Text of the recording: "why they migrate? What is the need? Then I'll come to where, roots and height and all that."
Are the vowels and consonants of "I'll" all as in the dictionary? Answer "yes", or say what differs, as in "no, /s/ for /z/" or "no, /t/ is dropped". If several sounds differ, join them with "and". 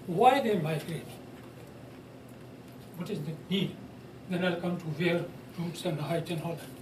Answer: yes